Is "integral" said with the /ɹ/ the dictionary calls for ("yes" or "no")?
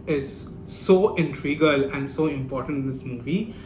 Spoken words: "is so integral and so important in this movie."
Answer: no